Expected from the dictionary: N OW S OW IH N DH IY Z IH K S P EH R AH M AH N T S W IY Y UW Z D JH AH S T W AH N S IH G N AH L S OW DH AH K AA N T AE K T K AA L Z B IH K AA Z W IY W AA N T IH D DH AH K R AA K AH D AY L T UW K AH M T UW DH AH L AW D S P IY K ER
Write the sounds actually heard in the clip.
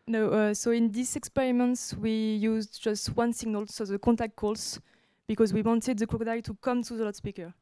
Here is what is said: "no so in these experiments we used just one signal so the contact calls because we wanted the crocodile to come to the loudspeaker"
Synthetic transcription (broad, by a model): N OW S OW IH N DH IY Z IH K S P EH R AH M AH N T S W IY Y UW Z D JH AH S T W AH N S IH G N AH L S OW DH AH K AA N T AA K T K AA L S B IH K AA Z W IY W AA N T IH D DH AH K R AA K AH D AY T UW K AH M T UW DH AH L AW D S P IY K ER